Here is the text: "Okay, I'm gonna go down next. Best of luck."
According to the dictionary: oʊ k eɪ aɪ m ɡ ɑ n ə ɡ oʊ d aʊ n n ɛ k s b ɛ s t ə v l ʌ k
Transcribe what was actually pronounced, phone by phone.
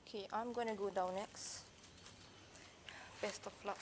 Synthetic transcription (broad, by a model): k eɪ aɪ m ɡ ɑ n ə ɡ oʊ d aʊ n n ɛ k s b ɛ s t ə f l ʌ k